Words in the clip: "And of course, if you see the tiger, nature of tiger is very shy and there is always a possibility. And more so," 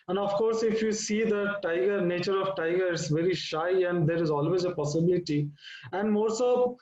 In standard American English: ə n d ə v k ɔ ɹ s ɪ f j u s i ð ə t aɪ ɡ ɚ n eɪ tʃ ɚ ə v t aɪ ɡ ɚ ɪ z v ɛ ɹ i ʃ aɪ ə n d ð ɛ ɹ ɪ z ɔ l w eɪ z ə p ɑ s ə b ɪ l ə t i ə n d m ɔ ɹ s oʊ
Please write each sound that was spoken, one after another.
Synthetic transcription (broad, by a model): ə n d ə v k ɔ ɹ s ɪ f j u s i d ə t aɪ ɡ ɚ n eɪ tʃ ɚ ə v t aɪ ɡ ɚ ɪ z v ɛ ɹ i ʃ aɪ ə n d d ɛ ɹ ɪ z ɔ l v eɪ z ə p ɑ s ə b ɪ l ə t i ə n d m ɔ ɹ s oʊ